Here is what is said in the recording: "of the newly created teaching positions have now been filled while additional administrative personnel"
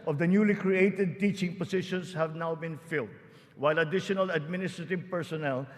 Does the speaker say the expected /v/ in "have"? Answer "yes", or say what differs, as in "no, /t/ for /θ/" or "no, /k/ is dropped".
yes